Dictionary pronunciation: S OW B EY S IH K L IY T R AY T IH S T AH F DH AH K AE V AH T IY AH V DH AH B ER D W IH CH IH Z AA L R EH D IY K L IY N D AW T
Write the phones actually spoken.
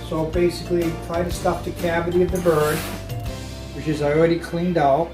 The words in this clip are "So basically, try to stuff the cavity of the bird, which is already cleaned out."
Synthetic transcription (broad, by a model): S OW B EY S IH K L IY T R AY T IH S T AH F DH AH K AE V AH T IY AH V DH AH B ER D W IH CH IH Z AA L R EH D IY K L IY N D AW T